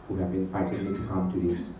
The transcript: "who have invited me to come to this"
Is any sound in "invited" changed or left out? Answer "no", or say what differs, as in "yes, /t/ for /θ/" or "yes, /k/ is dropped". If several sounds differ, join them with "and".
yes, /f/ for /v/